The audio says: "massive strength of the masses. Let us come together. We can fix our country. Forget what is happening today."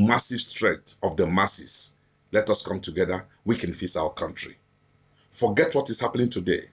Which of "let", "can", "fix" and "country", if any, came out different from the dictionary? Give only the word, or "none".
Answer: fix